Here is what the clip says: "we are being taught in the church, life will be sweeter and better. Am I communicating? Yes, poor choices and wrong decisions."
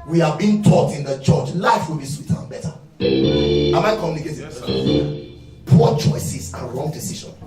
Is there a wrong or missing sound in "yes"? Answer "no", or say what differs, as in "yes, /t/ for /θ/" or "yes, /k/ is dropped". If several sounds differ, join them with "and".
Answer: yes, /s/ is dropped